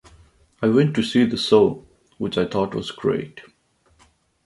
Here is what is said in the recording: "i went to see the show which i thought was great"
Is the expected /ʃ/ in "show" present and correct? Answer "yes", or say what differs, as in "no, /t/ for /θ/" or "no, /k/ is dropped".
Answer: no, /s/ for /ʃ/